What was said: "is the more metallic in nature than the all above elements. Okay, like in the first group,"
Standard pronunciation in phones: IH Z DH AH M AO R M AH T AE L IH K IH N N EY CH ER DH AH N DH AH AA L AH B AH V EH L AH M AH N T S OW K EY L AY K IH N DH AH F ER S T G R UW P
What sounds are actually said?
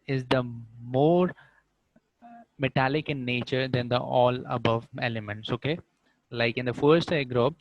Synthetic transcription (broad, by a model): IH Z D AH M AO R M AH T AE L IH K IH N N EY CH ER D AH N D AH AA L AH B AH V EH L AH M AH N T S OW K EY L AY K IH N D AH F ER S T G R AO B